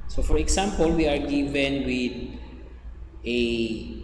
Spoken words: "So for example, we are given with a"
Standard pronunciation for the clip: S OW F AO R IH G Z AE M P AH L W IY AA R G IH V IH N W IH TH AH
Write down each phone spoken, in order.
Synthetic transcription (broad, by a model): S OW F AO R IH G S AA M P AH L W IY AA R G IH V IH N W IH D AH